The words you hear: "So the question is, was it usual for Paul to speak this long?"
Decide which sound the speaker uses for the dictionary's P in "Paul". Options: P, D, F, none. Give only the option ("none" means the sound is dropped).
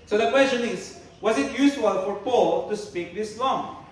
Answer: P